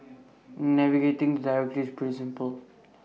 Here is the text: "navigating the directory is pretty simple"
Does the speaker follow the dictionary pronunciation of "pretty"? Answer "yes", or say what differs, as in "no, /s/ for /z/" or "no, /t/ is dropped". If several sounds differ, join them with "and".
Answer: no, /ɹ/ is dropped